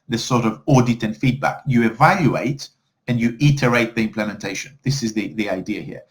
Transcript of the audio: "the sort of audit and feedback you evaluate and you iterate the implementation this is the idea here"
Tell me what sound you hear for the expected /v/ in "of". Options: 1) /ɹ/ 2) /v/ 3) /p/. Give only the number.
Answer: 2